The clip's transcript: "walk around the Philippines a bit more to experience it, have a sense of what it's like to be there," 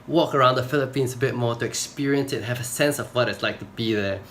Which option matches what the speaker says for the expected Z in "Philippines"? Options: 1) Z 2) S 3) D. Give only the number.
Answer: 2